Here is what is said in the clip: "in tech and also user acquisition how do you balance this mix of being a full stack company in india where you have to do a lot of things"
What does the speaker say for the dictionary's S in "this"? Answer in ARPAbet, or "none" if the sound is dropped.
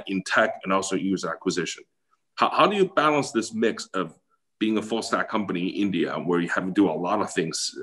S